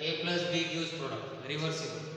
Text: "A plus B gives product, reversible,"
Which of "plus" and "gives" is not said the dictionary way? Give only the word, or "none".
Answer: gives